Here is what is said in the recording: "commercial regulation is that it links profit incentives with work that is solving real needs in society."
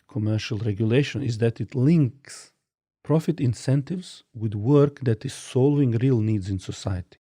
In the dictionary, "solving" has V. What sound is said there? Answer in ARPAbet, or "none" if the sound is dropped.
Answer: none